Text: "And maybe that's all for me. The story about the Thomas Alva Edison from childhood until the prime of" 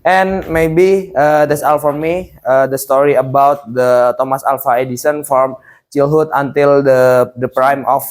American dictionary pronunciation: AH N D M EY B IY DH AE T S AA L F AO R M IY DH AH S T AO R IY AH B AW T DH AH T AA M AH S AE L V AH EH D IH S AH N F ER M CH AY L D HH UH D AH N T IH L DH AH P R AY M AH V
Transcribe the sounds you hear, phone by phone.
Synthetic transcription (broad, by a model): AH N M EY B IY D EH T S AA L F AO R M IY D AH S T AO R IY AH B AW T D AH T AA M AH S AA L F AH EH D IH S AH N F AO M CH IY L HH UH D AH N T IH L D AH P R AY M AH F